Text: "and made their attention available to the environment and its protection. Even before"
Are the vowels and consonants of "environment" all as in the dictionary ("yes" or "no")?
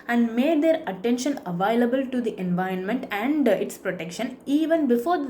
yes